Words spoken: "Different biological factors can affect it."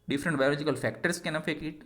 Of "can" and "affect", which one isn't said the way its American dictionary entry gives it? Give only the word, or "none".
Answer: affect